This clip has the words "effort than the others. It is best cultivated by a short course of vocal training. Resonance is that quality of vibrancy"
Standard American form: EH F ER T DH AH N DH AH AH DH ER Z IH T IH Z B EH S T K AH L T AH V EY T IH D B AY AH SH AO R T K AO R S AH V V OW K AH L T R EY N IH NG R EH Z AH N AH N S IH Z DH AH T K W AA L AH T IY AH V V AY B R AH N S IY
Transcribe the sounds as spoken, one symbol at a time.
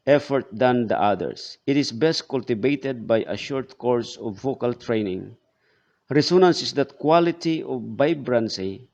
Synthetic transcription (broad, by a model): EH F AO T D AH N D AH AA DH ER S IH T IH S B EH S T K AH L T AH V EY T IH D B AY AH SH AO R T K AO R S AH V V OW K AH L T R EY N IH NG R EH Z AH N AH N S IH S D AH T K W AA L AH T IY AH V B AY B R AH N S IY